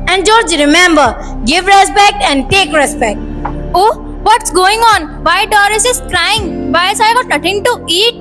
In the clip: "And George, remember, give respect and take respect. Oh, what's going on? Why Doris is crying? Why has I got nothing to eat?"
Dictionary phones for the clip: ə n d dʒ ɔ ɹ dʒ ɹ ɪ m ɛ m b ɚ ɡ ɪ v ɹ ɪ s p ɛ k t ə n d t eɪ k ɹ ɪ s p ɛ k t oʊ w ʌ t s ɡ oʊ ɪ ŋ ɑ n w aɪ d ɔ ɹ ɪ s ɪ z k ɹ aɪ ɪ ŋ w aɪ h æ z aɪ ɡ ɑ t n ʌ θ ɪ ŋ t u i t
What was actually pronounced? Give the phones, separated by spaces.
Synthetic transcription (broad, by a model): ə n d dʒ ɔ ɹ dʒ ɹ ɪ m ɛ m b ɚ ɡ ɪ v ɹ ɪ s p ɛ k t ə n d t eɪ k ɹ ɪ s p ɛ k t oʊ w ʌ t s ɡ oʊ ɪ ŋ ɑ n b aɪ d ɔ ɹ ɪ s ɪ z k ɹ aɪ ɪ ŋ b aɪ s aɪ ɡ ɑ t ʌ t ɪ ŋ t u i t